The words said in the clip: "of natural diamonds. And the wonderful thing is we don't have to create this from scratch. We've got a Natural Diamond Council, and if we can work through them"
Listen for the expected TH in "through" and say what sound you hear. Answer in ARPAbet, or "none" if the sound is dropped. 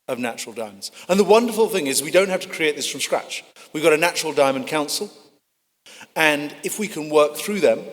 TH